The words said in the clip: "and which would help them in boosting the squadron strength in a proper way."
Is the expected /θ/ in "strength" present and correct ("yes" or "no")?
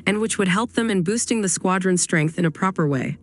yes